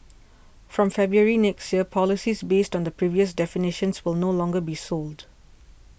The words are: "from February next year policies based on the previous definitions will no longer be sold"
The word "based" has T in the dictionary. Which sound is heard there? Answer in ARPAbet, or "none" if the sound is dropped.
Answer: T